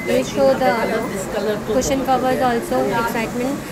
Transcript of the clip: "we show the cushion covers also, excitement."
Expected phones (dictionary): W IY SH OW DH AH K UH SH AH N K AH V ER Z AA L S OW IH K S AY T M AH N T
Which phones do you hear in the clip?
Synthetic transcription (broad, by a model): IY S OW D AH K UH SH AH N K AH V ER Z AA L S OW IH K S AY T M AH N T